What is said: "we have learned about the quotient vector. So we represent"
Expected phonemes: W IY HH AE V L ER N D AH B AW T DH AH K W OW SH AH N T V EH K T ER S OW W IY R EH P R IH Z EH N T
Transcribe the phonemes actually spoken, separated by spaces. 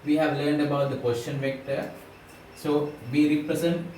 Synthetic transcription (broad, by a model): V IY HH AE V L ER N D AH B AW T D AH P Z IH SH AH N V EH K T ER S OW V IY R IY P R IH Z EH N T